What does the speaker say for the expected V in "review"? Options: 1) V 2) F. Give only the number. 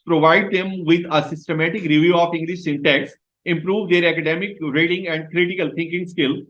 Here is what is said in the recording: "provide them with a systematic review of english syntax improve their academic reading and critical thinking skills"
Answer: 1